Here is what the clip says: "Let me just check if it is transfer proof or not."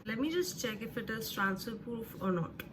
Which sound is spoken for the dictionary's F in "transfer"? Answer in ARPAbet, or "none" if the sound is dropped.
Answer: none